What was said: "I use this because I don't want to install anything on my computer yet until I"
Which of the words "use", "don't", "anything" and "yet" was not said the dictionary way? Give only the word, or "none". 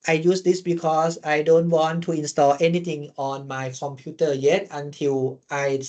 anything